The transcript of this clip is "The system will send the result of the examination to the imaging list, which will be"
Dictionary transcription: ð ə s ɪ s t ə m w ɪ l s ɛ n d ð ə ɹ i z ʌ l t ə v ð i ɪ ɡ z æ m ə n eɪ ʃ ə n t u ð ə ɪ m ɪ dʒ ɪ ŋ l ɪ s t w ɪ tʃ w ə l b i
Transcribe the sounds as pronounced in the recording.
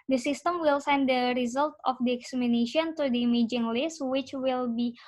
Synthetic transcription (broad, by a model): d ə s ɪ s t ə m w ɪ l s ɛ n d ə ɹ i z ʌ l t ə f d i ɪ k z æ m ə n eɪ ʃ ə n t u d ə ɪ m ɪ dʒ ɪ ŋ l ɪ s t w ɪ tʃ w ə l b i